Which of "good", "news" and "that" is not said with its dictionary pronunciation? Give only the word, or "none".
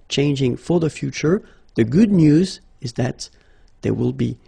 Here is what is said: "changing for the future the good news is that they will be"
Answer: none